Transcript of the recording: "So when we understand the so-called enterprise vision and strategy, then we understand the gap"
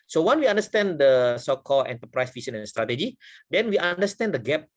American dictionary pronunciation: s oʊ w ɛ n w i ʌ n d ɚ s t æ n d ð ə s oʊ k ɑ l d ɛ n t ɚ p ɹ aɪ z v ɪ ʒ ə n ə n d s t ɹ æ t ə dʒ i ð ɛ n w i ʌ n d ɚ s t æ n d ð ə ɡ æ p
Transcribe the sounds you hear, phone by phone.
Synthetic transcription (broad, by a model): s oʊ w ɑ n w i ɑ n d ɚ s t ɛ n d ə s oʊ k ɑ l ɛ n t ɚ p ɹ aɪ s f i s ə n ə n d s t ɹ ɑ t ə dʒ i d ɛ n w i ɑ n d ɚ s t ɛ n d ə ɡ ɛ p